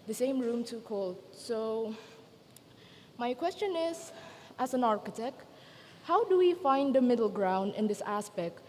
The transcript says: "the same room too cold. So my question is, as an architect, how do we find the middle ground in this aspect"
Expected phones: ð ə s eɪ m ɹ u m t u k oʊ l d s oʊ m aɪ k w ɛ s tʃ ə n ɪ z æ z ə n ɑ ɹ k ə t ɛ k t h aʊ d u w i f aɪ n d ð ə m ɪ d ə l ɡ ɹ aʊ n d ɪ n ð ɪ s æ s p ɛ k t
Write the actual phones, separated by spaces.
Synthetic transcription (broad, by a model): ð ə s eɪ m ɹ u m t u k oʊ l d s oʊ m aɪ k w ɛ s tʃ ə n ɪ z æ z ə n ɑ ɹ k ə t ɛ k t h aʊ d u w i f aɪ n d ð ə m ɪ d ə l ɡ ɹ aʊ n d ɪ n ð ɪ s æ s p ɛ k t